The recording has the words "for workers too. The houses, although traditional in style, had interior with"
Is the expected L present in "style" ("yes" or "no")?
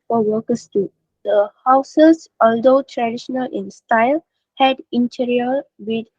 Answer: yes